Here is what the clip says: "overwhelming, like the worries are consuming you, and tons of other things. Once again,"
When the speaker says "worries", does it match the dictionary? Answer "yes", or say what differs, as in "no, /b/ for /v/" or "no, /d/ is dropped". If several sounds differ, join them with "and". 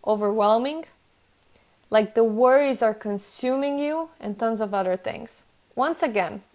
yes